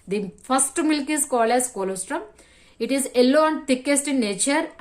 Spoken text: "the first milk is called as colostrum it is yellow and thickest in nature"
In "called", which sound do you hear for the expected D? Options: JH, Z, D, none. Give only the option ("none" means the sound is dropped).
none